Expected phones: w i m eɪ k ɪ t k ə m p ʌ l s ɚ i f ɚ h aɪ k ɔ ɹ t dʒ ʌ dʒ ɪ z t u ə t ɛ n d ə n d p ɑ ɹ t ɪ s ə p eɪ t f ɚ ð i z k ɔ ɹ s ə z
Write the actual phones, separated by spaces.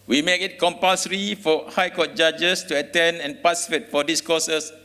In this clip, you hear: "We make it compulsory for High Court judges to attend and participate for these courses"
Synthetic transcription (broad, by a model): w i m eɪ k ɪ t k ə m p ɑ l s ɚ i f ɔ h aɪ k ɔ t dʒ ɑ dʒ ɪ s t u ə t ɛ n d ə n p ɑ s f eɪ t f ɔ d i s k ɔ s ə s